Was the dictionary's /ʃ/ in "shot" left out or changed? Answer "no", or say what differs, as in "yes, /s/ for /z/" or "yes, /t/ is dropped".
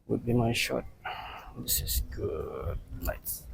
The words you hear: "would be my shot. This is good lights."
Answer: no